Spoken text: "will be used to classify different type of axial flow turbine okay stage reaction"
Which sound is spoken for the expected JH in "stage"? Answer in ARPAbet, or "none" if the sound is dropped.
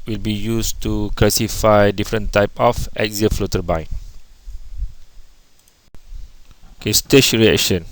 SH